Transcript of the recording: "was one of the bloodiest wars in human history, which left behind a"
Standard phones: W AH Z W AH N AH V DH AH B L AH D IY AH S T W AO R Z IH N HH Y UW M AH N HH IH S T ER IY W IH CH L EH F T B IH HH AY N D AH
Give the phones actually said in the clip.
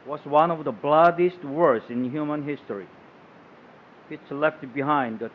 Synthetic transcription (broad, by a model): W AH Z W AH N AH V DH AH B L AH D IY S T W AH R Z IH N HH Y UW M AH N HH IH S T ER IY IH S L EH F T B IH HH AY N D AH